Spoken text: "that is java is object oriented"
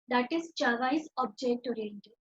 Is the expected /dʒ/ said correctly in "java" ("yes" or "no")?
no